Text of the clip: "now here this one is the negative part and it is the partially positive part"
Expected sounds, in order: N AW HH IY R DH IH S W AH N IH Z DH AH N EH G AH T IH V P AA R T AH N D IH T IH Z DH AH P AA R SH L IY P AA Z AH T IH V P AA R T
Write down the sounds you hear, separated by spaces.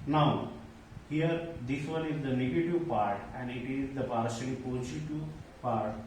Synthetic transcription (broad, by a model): N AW HH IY R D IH S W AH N IH Z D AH N EH G AH T IH V P AA R T AH N D IH T IH Z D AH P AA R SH IY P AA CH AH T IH P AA R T